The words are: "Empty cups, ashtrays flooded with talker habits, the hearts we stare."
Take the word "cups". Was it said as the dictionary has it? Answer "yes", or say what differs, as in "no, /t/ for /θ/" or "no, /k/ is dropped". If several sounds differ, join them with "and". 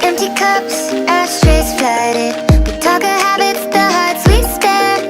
yes